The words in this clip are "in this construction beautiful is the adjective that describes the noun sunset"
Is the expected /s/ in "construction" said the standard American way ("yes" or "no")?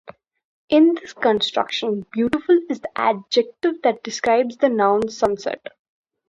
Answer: yes